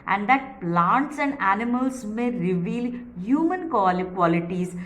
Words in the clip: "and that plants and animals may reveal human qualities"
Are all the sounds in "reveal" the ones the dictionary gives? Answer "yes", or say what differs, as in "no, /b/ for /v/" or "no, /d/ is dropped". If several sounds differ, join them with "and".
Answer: yes